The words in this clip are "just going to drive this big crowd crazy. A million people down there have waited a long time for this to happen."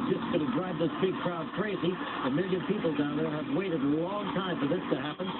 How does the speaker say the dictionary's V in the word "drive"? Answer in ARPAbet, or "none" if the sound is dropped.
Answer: B